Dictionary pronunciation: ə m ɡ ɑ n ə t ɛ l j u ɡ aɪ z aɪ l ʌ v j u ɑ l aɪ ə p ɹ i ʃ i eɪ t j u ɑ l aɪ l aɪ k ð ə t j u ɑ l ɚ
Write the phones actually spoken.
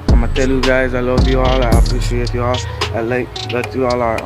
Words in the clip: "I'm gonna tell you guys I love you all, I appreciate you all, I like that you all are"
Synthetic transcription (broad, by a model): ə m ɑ ə t ɛ l j u ɡ aɪ z aɪ l ʌ v j u ɑ l aɪ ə p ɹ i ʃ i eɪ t j u ɑ l aɪ l aɪ k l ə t j u ɑ l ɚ